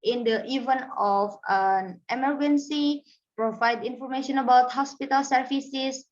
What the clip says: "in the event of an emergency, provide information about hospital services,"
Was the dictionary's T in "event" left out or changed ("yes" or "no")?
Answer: yes